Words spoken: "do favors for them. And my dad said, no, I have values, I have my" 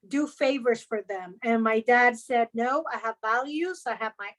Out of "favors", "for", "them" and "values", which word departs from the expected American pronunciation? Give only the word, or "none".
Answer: none